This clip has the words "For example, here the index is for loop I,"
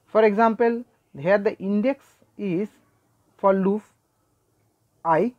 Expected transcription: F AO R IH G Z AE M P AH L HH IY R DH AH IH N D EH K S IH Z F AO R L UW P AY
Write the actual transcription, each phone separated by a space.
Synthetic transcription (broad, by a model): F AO R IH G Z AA M P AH L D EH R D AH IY N D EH K S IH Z F AO R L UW F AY